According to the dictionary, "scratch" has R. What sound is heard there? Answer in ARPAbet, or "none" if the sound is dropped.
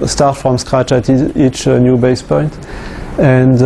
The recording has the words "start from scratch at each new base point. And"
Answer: R